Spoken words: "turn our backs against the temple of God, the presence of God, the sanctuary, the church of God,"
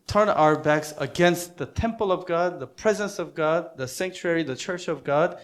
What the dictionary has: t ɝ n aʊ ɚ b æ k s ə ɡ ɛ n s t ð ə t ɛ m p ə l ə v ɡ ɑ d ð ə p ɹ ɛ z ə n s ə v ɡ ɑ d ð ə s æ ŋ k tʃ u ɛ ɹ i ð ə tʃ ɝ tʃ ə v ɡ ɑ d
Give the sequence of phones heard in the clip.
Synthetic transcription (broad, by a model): t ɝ n aʊ ɚ b æ k s ə ɡ ɛ n s t ð ə t ɛ m p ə l ə v ɡ ɑ d ð ə p ɹ ɛ z ə n s ə v ɡ ɑ d ð ə s æ ŋ k tʃ u ɛ ɹ i ð ə tʃ ɝ tʃ ə v ɡ ɑ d